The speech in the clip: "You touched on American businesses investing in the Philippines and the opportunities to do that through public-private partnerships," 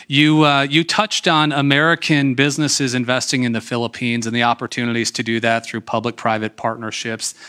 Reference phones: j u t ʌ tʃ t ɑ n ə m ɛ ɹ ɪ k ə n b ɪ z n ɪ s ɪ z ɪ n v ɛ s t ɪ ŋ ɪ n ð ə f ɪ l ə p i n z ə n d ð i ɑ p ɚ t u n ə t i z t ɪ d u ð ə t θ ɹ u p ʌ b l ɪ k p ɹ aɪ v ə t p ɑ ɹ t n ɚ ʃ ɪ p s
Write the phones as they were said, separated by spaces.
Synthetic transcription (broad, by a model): j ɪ t ʌ tʃ t n ə m ɛ ɹ ɪ k ə n b ɪ z n ɪ s ɪ z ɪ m v ɛ s t ɪ ŋ ɪ n ð ə f ɪ l ə p i n z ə n ð i ɑ p ɚ t u n ə t i z t ɪ d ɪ ð ə t θ ɹ u p ʌ b l ɪ k p ɹ aɪ v ə t p ɑ ɹ t n ɚ ʃ ɪ p s